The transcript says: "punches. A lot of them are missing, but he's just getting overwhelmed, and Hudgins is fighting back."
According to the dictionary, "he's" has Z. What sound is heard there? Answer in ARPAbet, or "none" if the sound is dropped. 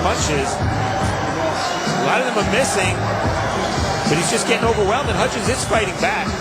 Z